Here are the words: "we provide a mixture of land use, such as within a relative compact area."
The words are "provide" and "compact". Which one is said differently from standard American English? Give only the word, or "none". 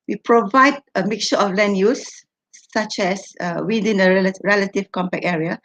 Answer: compact